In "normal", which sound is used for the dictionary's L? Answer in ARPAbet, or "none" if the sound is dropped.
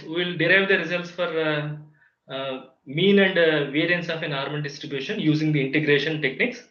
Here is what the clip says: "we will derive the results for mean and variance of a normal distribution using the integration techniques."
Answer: N